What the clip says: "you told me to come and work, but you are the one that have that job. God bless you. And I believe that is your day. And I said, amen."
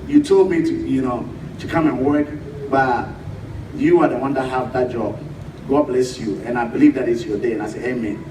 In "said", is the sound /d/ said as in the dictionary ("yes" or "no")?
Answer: no